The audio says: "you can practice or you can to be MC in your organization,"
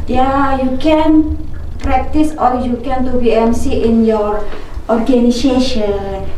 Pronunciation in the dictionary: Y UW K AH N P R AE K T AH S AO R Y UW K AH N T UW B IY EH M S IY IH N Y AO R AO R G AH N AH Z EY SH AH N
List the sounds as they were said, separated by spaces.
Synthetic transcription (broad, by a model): Y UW K AH N P R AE K T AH S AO L Y UW K AH N T UW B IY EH M S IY IH N Y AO R AO R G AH N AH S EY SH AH N